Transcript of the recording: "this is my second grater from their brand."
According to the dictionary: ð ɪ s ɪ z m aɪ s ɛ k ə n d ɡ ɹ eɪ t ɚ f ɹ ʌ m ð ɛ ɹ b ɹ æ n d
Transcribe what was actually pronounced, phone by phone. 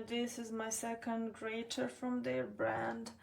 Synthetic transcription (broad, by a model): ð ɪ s ɪ z m aɪ s ɛ k ə n d ɡ ɹ eɪ t ɚ f ɹ ʌ m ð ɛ ɹ b ɹ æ n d